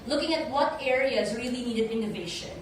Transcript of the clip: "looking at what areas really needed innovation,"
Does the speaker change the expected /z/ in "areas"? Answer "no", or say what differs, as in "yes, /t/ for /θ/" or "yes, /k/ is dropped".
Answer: no